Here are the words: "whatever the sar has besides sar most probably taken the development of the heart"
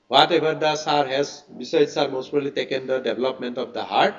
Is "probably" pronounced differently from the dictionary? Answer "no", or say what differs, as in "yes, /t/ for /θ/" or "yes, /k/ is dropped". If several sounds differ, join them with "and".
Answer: yes, /ɹ/ is dropped and /b/ is dropped